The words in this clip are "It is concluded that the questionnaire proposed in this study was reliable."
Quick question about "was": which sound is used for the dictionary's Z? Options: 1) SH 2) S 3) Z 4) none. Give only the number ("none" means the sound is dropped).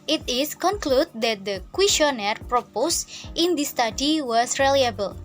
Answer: 2